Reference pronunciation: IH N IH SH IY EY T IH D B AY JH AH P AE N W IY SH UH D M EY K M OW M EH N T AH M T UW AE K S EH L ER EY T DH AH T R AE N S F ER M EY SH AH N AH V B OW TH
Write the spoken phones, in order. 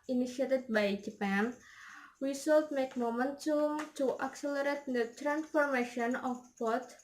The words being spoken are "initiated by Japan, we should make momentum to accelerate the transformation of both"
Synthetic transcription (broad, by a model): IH N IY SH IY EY T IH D B AY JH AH P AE N W IY S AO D M EY K M OW M EH N T AH M T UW AE K S EH L ER EY T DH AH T R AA N S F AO M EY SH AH N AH F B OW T